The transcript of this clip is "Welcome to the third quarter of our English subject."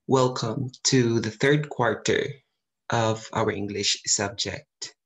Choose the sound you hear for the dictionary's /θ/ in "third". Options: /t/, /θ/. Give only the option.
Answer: /θ/